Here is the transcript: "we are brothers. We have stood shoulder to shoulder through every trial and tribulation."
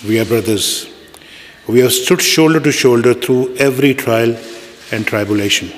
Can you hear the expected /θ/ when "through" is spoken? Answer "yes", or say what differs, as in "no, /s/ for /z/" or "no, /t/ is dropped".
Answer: no, /t/ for /θ/